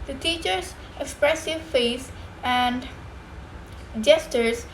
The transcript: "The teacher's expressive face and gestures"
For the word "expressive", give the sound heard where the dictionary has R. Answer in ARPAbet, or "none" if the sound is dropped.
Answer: R